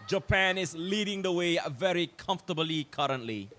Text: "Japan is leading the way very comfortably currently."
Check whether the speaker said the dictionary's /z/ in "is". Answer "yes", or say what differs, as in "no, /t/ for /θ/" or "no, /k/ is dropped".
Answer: no, /s/ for /z/